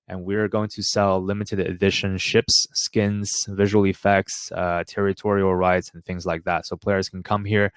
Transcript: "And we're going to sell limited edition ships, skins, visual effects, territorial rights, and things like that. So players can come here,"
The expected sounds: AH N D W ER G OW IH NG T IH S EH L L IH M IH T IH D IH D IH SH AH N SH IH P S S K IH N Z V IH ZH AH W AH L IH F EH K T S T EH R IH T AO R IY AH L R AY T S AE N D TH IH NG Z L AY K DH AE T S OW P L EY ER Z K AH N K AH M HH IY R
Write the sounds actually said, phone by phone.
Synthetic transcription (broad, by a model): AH N W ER G OW IH NG T IH S EH L L IH M IH T IH D IH D IH SH AH N SH IH P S S K IH N Z V IH ZH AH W L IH F EH K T S T EH R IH T AO R IY L R AY T S N TH IH NG Z L AY K DH AE T S OW P L EY ER Z K N K AH M HH IY R